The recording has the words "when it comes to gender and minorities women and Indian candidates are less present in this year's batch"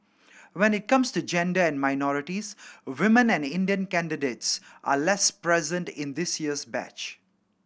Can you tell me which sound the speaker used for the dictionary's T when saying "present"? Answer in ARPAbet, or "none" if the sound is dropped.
T